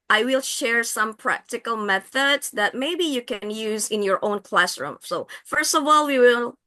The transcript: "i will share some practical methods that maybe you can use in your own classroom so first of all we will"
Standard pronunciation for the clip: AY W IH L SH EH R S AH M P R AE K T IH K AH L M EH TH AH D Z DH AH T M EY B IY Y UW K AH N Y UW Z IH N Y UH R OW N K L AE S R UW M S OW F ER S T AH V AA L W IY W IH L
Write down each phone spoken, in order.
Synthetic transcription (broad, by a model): AY W IH L SH EH R S AH M P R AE K T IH K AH L M EH TH AH D Z DH AH T M EY B IY Y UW K AH N Y UW Z IH N Y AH R OW N K L AE S R UW M S OW F ER S T AH V AA L W IY W IH L